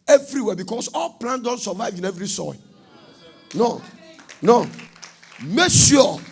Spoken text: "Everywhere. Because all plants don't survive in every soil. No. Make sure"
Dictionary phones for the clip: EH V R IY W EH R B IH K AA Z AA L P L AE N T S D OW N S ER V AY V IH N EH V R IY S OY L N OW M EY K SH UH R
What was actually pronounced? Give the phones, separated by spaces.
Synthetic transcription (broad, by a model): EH V R IY W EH B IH K AA S AA L P L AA N D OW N S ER V AY V IH N EH V R IY S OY N N OW M EY K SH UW